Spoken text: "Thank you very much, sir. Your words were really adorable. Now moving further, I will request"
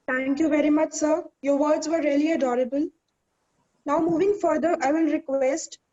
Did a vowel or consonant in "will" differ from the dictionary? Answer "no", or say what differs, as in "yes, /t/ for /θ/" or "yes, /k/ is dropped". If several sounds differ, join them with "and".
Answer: yes, /n/ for /l/